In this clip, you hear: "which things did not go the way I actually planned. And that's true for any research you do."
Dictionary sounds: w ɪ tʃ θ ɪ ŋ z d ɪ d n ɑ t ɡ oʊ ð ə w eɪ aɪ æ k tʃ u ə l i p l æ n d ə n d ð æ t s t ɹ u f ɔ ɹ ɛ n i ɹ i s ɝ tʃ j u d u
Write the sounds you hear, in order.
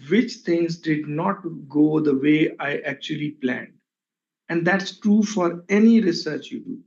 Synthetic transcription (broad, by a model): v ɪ tʃ t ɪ ŋ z d ɪ d n ɑ t ɡ oʊ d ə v eɪ aɪ æ k tʃ u ə l i p l æ n d ə n d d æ t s t ɹ u f ɔ ɹ ɛ n i ɹ i s ɝ tʃ j u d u